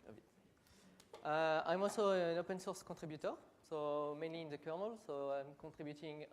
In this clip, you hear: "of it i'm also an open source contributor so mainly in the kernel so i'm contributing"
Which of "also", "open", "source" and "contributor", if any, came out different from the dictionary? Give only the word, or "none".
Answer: contributor